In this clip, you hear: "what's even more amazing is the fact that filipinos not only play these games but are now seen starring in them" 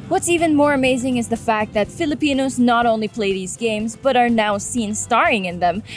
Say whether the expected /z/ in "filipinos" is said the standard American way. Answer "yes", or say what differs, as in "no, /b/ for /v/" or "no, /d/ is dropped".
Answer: yes